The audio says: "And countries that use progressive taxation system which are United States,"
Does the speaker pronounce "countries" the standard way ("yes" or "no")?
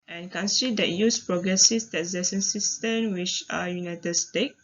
no